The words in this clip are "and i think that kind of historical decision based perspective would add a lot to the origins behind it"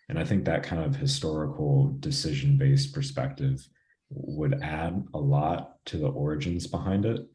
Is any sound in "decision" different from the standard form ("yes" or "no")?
no